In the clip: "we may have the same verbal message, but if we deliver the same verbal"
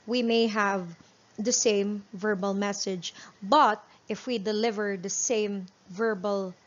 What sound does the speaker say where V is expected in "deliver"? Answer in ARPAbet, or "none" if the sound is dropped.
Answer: V